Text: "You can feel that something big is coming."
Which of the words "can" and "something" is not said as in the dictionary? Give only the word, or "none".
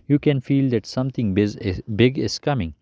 something